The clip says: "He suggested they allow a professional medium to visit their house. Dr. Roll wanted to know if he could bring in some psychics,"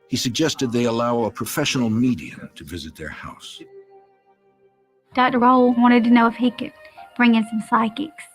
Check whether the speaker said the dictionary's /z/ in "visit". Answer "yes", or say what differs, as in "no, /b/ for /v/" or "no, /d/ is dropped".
yes